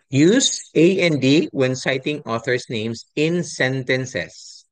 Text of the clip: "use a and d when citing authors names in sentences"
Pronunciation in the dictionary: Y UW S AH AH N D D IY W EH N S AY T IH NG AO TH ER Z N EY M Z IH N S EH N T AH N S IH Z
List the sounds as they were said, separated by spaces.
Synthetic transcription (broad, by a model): Y UW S AH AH N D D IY W EH N S AY T IH NG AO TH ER S N EY M S IH N S EH N T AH N S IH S